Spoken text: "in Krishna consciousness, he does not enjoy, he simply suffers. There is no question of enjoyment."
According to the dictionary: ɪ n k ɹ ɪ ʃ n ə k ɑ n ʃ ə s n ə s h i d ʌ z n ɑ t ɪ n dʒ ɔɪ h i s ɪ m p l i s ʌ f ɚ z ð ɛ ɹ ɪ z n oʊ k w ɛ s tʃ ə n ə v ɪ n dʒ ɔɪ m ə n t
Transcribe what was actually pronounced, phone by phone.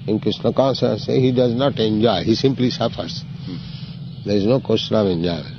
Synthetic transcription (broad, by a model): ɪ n k ɹ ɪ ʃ n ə k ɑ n s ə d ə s h i d ʌ z n ɑ t ɪ n dʒ ɔɪ h i s ɪ m p l i s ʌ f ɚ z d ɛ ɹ ɪ z n oʊ k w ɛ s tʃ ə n ə v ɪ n dʒ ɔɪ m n